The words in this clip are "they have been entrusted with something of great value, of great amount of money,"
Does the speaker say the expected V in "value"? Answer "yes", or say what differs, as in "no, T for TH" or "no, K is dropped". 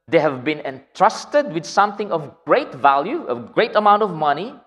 yes